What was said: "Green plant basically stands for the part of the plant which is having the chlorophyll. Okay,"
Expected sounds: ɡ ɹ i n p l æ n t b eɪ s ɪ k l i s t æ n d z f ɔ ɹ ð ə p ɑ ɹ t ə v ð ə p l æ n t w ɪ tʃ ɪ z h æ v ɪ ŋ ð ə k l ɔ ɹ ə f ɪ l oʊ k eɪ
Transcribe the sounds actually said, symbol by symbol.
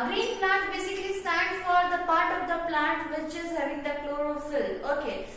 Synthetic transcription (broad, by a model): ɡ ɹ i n p l æ n t b eɪ s ɪ k l i s t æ n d f ɔ ɹ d ə p ɑ ɹ t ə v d ə p l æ n t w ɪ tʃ ɪ z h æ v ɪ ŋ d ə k l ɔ ɹ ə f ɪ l oʊ k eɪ